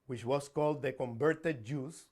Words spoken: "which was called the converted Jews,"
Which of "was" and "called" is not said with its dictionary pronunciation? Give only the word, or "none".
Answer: was